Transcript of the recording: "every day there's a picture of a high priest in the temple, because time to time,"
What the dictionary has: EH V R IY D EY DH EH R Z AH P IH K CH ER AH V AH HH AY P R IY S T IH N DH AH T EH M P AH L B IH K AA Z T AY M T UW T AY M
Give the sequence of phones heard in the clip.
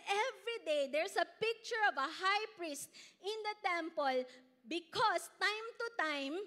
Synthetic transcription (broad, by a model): EH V R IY D EY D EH R S AH P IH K CH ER AH V AH HH AY P R IY S T IH N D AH T EH M P AH L B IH K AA S T AY M T UW T AY M